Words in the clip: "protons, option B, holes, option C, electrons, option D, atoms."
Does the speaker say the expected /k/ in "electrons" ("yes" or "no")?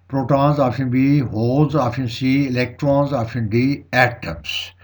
yes